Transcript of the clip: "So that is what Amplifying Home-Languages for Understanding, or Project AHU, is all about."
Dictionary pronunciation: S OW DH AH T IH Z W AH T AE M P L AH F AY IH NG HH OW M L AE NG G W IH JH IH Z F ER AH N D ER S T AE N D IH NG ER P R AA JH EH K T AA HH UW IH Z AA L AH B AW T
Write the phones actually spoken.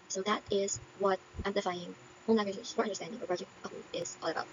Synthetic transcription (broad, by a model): S OW DH AH T IH Z W AH T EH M L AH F AY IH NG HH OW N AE G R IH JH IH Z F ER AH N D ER S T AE N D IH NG ER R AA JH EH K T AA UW IH Z AA L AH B AW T